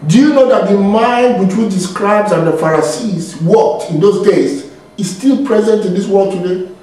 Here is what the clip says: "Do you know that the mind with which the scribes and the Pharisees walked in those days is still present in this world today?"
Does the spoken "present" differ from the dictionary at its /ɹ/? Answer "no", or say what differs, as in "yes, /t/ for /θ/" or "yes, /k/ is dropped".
no